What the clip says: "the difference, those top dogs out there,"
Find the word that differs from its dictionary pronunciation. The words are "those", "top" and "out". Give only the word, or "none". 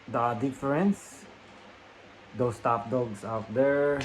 those